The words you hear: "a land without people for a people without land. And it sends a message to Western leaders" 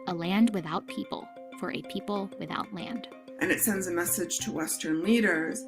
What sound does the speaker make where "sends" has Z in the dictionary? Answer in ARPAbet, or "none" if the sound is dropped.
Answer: Z